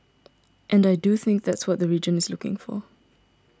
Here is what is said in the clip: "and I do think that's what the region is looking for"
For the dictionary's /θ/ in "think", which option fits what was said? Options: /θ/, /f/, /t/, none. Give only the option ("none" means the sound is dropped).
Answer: /θ/